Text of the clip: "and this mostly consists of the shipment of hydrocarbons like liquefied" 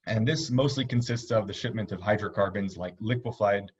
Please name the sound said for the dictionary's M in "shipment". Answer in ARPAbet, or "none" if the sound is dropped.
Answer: M